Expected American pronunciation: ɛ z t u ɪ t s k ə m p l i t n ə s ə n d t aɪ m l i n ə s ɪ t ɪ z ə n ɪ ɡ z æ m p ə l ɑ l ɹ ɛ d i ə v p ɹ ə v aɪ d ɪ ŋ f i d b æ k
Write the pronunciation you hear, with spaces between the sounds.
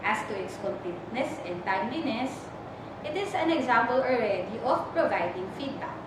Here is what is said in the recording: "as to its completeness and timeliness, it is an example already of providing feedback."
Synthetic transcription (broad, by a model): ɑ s t u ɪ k s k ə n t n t n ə s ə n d t aɪ m l i n ə s ɪ t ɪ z ə n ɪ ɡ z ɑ m p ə l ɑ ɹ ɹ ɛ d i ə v p ɹ ə v aɪ d ɪ ŋ f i d b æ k